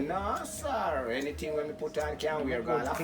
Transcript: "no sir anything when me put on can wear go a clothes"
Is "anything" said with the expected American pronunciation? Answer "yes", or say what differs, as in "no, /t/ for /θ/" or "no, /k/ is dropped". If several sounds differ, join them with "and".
no, /t/ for /θ/